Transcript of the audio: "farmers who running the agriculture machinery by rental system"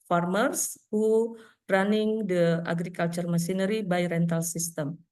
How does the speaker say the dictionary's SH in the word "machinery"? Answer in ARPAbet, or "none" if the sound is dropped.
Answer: S